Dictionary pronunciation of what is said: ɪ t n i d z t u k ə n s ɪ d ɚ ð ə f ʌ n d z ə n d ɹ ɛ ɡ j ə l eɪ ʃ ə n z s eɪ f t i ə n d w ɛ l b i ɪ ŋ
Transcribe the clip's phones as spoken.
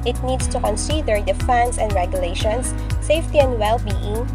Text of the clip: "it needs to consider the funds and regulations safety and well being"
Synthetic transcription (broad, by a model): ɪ t n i d s t u k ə n s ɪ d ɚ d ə f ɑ n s ə n d ɹ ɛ ɡ j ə l eɪ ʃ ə n s eɪ f t i ə n d w ɛ l b i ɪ ŋ